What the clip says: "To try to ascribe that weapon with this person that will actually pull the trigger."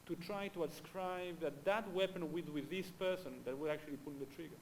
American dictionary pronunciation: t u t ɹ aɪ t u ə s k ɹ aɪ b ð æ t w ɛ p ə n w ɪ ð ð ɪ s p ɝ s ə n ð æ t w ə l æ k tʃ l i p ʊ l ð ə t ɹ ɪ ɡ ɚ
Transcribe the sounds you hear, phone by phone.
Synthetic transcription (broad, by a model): t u t ɹ aɪ t u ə s k ɹ aɪ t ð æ t w ɛ p ə n w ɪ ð ð ɪ s p ɝ s ə n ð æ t w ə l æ k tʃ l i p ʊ n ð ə t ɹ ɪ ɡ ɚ